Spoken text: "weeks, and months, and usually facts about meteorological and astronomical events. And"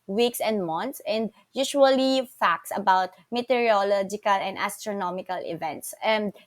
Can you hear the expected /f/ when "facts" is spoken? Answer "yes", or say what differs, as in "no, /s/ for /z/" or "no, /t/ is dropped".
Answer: yes